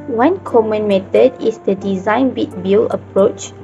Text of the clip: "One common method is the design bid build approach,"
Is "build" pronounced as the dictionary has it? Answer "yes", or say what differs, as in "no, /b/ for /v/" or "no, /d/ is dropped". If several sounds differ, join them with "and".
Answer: no, /d/ is dropped